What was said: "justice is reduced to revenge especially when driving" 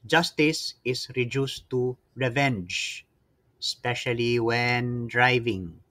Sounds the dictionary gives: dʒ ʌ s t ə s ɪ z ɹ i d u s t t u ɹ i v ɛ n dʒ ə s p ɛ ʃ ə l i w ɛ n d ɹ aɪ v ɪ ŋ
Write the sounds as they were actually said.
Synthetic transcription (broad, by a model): dʒ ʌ s t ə s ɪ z ɹ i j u s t t u ɹ i v ɛ n dʒ s p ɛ ʃ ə l i w ɛ n d ɹ aɪ v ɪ ŋ